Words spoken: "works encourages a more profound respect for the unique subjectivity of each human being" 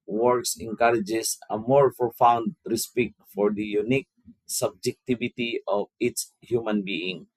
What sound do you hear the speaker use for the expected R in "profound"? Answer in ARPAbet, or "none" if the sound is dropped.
none